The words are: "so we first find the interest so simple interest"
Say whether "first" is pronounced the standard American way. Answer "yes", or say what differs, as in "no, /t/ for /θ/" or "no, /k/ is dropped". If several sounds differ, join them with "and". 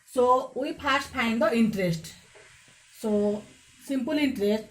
no, /p/ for /f/